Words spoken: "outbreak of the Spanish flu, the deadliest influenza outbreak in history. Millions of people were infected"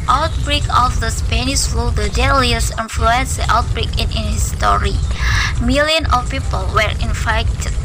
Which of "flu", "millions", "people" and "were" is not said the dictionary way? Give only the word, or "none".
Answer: millions